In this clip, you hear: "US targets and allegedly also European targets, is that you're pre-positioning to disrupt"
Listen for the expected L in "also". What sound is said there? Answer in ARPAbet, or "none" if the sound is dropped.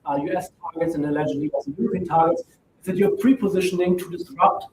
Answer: none